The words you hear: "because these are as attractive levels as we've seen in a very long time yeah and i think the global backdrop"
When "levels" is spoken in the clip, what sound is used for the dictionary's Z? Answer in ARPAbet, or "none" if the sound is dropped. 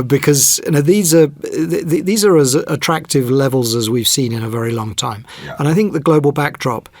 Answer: Z